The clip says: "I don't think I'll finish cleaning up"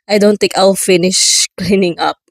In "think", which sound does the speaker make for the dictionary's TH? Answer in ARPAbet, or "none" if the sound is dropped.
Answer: T